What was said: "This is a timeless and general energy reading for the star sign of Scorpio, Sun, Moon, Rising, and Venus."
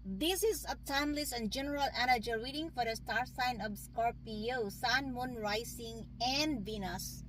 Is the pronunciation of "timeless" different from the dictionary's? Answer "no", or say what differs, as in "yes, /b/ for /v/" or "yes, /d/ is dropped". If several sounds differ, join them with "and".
no